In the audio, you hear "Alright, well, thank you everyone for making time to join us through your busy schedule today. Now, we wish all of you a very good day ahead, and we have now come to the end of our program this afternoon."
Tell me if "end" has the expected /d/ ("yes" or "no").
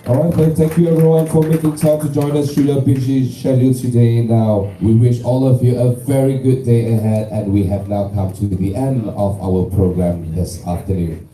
yes